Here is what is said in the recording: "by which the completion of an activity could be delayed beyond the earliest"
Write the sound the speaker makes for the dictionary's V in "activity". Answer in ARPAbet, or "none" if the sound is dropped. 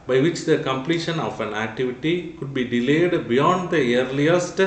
V